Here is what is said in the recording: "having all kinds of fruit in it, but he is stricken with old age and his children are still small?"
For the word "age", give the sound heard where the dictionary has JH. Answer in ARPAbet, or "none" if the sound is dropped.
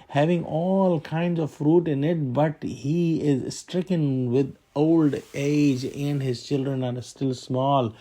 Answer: JH